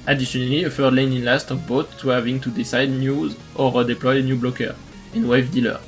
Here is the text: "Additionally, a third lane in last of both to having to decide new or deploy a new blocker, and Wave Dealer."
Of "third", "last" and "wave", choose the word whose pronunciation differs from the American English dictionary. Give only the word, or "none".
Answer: third